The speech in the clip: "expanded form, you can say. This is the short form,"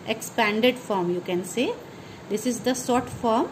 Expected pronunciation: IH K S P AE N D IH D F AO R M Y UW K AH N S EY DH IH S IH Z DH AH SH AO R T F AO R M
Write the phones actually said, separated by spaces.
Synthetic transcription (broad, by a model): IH K S P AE N D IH D F AO R M Y UW K AH N S EY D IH S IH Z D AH S AO R T F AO R M